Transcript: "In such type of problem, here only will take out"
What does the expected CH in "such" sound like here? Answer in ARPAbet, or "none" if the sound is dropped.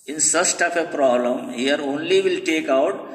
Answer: S